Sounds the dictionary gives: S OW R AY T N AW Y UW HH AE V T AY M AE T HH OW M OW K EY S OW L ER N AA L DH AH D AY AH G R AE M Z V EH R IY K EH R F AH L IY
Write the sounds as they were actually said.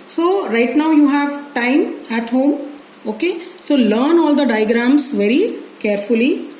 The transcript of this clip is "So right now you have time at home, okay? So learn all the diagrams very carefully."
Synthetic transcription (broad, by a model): S OW R AY T N AW Y UW HH AE V T AY M AE T HH OW M OW K EY S OW L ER N AA L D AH D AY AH G R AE M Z V EH R IY K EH R F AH L IY